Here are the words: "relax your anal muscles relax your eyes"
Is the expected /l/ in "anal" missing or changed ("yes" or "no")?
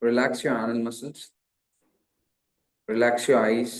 yes